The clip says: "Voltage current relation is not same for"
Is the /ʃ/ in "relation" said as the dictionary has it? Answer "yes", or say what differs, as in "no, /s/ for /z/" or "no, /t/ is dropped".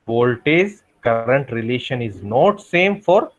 yes